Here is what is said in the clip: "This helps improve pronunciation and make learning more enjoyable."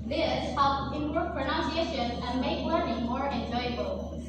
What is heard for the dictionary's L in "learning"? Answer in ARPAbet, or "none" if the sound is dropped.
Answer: W